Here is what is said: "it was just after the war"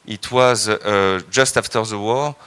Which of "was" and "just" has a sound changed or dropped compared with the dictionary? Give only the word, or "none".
none